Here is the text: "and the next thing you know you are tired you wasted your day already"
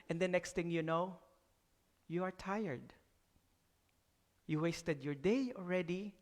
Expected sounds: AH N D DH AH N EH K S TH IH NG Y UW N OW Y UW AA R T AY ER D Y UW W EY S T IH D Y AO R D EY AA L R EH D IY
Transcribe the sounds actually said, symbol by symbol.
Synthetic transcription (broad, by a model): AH N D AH N EH K S T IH NG Y UW N OW Y UW AA R T AY ER D Y UW W EY S T IH D Y AO R D EY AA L R EH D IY